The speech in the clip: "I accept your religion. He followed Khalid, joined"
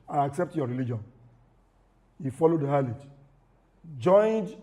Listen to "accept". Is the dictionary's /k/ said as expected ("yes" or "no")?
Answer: yes